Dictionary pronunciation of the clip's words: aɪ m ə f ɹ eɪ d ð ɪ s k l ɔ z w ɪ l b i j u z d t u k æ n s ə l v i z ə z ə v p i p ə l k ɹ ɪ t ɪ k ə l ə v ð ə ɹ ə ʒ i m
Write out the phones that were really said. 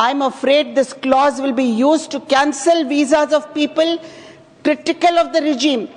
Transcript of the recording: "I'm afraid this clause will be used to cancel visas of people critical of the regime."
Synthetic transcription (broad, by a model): aɪ m ə f ɹ eɪ d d ɪ s k l ɔ z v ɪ l b i j u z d t u k æ n s ə l v i z ə z ə v p i p ə l k ɹ ɪ t ɪ k ə l ə v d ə ɹ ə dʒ i m